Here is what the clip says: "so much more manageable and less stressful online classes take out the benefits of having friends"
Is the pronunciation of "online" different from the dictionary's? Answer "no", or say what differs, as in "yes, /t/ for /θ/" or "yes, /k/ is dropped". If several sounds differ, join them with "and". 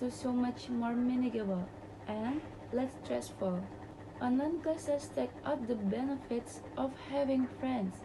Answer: yes, /l/ is dropped